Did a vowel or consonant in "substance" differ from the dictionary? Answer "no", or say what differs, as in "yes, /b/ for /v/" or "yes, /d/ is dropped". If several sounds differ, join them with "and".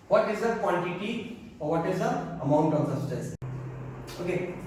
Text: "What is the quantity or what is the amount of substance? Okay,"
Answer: yes, /b/ is dropped and /n/ is dropped